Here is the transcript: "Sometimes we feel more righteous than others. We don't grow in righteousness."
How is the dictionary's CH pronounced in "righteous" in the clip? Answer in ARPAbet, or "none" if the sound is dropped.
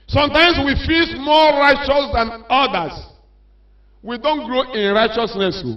CH